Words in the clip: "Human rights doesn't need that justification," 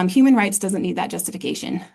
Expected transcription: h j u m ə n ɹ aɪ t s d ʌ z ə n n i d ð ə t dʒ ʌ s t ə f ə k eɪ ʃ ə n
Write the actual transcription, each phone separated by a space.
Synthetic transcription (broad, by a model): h j u m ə n ɹ aɪ t s d ʌ z ə n n i d ð ə t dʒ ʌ s t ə f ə k eɪ ʃ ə n